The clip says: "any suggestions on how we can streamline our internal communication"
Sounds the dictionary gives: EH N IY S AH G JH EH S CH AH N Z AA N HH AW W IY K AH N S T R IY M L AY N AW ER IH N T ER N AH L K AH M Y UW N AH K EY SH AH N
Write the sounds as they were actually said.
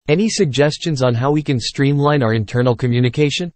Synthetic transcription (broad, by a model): EH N IY S AH G JH EH S CH AH N Z N HH AW W IY K AH N S T R IY M L AY N AW ER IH N T ER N L K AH M Y UW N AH K EY SH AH N